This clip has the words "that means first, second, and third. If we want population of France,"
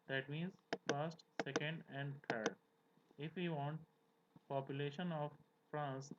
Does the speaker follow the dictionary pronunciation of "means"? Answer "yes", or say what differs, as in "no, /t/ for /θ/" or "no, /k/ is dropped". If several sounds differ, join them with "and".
yes